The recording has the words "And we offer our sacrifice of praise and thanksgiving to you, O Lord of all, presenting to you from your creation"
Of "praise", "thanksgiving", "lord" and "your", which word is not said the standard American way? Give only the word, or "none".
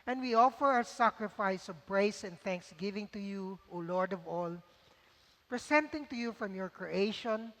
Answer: praise